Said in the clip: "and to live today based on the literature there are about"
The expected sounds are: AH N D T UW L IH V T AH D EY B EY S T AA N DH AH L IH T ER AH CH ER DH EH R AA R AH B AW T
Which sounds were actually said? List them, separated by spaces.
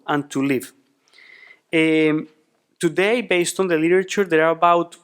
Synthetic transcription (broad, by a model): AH N T UW L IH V T AH D EY B EY S T AA N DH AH L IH T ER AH CH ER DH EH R AA R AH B AW T